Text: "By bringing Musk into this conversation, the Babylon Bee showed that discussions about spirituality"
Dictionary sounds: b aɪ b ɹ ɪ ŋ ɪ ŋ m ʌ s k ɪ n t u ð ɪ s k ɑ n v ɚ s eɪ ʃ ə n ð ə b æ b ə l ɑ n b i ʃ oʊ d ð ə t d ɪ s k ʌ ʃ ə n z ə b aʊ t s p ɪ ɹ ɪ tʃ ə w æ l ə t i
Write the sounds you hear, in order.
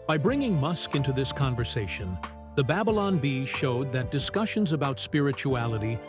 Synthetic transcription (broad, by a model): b aɪ b ɹ ɪ ŋ ɪ ŋ m ʌ s k ɪ n t u ð ɪ s k ɑ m v ɚ s eɪ ʃ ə n ð ə b æ b ə l ɑ n b i ʃ oʊ d ð ə t d ɪ s k ʌ ʃ ə n z ə b aʊ t s p ɪ ɹ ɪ tʃ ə æ l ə t i